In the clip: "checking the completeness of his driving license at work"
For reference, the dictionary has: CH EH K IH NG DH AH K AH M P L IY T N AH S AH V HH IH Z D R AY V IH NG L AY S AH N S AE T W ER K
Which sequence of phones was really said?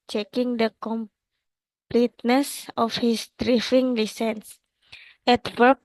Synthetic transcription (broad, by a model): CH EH K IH NG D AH K AH M P L IY T N AH S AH F HH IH S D R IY F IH NG L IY S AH N S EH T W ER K